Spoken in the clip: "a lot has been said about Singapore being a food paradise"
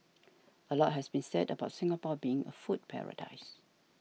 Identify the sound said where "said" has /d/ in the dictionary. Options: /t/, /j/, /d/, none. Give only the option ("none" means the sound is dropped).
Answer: /d/